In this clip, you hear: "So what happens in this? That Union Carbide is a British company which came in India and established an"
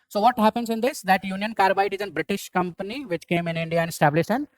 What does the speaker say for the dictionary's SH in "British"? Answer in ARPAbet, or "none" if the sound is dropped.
SH